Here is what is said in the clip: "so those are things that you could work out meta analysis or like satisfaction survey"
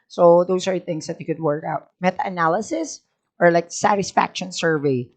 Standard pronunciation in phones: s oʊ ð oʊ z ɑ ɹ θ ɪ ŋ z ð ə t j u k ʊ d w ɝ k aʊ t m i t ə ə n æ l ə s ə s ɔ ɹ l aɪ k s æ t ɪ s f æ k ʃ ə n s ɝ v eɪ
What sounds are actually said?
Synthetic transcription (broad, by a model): s oʊ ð oʊ s ɑ ɹ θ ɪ ŋ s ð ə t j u k ʊ d w ɝ k aʊ t m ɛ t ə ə n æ l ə s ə s ɔ ɹ l aɪ k s æ t ɪ s f æ k ʃ ə n s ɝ v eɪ